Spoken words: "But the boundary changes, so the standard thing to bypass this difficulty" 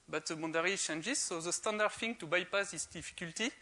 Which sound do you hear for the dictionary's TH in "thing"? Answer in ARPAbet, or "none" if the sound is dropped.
F